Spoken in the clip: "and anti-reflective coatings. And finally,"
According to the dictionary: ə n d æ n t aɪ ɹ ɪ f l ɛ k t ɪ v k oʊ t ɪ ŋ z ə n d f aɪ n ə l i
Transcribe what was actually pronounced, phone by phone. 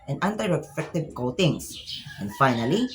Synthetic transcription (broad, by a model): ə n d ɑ n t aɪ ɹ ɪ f ɛ k t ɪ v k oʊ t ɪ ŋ s ə n d f aɪ n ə l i